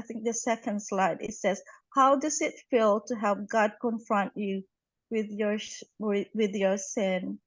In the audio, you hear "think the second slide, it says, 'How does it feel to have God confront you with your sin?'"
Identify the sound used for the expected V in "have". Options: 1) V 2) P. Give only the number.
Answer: 2